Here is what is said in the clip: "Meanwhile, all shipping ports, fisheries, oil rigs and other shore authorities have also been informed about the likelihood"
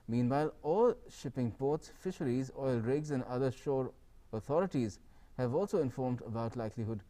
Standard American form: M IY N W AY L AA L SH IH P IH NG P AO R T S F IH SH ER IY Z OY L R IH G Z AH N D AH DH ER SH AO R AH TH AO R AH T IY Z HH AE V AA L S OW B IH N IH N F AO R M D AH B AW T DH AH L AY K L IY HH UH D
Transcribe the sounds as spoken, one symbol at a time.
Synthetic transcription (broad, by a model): M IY N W AY L AA L SH IH P IH NG P AO R T S F IH SH ER IY Z OY L R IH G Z AH N D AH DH ER SH AO R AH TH AO R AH T IY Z HH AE V AA L S OW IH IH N F AO R M D AH B AW T L AY K L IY HH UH D